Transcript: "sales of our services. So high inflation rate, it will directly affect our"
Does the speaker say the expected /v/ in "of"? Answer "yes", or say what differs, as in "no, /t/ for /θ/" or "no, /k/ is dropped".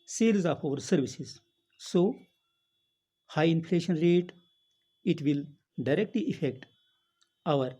no, /p/ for /v/